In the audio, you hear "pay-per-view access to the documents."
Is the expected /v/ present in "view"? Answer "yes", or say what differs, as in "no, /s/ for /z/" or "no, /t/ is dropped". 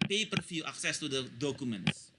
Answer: no, /f/ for /v/